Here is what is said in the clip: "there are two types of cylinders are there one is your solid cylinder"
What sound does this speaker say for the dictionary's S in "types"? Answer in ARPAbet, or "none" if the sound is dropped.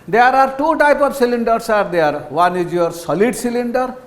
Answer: none